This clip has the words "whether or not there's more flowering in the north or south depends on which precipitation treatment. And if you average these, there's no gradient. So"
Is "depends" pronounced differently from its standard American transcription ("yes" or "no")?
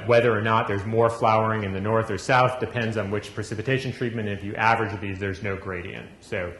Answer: no